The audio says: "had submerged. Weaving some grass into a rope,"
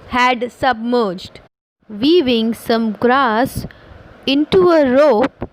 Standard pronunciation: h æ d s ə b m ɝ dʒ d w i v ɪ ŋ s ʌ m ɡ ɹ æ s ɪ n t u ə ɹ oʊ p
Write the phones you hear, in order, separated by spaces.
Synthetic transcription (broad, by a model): h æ d s ə b m ɝ dʒ d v i v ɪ ŋ s ʌ m ɡ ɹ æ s ɪ n t u ə ɹ oʊ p